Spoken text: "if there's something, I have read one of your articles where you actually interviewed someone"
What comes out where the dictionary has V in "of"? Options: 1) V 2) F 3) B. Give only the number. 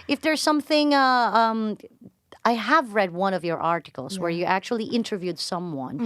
1